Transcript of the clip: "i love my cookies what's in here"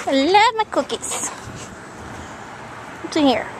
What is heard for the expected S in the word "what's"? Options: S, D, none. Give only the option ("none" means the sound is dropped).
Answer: none